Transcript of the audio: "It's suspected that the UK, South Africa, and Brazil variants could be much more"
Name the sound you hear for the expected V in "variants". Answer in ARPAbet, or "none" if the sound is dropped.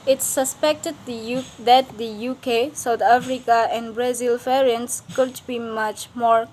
F